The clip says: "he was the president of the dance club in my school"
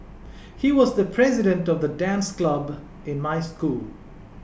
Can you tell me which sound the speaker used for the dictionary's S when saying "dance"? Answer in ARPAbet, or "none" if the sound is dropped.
S